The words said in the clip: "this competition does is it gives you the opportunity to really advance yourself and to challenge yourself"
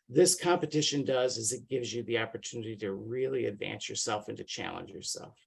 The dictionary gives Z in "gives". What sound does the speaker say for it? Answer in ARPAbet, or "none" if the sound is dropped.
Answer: Z